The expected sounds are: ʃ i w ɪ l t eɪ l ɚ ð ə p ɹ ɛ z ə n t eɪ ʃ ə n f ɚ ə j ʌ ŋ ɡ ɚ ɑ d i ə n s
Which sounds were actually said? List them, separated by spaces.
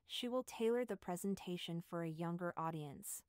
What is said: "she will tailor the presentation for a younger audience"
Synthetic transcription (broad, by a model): ʃ i w ɪ l t eɪ l ɚ ð ə p ɹ ɛ z ə n t eɪ ʃ ə n f ɚ ə j ʌ ŋ ɡ ɚ ɑ d i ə n s